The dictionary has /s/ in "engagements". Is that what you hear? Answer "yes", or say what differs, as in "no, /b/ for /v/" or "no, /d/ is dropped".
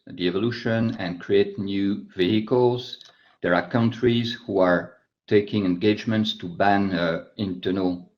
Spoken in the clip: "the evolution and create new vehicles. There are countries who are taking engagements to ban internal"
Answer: yes